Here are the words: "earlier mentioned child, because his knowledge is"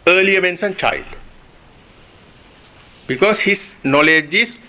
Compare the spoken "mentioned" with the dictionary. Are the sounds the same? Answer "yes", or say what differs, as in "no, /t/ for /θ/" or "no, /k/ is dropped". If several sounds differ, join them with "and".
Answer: no, /s/ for /ʃ/